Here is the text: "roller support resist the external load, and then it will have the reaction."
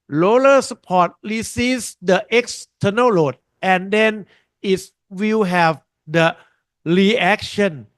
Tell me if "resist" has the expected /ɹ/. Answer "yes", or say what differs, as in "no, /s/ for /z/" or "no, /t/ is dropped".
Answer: no, /l/ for /ɹ/